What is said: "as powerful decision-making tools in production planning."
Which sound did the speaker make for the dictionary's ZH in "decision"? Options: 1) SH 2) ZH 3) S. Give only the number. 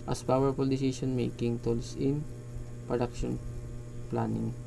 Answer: 3